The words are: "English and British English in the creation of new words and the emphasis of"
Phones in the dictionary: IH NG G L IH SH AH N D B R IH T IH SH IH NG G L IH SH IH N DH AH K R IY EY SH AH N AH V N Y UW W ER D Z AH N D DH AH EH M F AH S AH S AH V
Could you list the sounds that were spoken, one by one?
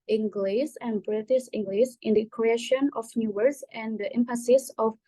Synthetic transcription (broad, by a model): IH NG G L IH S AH N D B R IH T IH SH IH NG G L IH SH IH N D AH K R IY EY SH AH N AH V N Y UW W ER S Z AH N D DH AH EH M P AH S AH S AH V